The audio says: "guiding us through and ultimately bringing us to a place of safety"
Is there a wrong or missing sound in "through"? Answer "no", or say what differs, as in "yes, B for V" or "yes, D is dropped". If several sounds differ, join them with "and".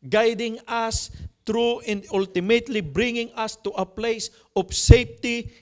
yes, T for TH